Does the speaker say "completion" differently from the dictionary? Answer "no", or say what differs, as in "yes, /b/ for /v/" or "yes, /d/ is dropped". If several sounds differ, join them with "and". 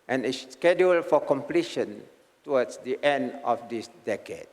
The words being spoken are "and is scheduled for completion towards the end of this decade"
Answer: no